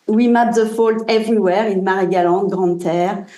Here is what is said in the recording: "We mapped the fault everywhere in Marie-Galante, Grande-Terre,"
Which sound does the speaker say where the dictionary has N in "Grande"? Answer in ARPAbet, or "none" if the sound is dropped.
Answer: none